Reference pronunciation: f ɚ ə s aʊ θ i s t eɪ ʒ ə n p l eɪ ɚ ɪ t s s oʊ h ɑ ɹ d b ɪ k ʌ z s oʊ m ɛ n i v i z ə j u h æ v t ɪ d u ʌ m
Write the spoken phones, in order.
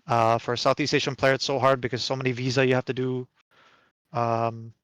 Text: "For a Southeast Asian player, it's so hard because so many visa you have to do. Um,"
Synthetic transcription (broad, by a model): f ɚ ə s aʊ θ i s t eɪ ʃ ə n p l eɪ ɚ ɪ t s s oʊ h ɑ ɹ d b ɪ k ʌ z s oʊ m ɛ n i v i z ə j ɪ h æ f t ɪ d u ʌ m